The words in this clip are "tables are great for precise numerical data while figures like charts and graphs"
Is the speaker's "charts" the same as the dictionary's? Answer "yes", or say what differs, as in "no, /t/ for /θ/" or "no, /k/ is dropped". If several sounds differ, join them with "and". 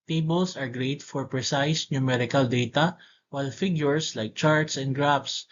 yes